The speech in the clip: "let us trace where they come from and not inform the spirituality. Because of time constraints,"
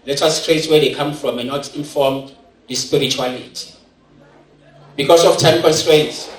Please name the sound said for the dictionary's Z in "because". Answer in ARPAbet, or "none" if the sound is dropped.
S